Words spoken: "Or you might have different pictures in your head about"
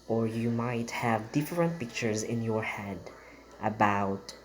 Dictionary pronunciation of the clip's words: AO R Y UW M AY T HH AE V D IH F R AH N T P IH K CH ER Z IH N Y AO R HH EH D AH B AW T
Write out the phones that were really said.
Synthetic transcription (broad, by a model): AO R Y UW M AY T HH AE V D IH F R AH N T P IH K CH ER Z IH N Y AO R HH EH D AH B AW T